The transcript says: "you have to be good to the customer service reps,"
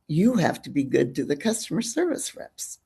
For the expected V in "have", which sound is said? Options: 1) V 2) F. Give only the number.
2